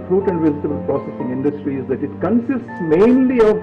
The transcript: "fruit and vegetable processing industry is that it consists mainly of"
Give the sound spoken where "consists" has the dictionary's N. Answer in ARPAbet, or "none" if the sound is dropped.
N